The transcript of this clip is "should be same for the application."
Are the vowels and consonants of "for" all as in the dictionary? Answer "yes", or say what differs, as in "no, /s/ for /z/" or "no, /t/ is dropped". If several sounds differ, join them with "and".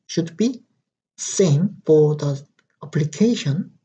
yes